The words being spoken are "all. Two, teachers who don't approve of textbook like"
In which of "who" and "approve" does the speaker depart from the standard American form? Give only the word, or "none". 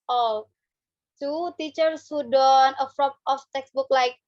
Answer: approve